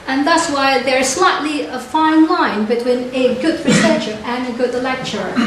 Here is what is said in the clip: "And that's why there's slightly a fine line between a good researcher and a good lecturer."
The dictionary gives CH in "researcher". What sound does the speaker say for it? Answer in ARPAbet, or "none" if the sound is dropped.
SH